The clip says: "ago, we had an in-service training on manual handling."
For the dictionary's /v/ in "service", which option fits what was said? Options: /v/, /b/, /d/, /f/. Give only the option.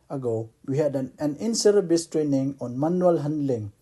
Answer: /b/